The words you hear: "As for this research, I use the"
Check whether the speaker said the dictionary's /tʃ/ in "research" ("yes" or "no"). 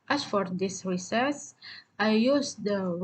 no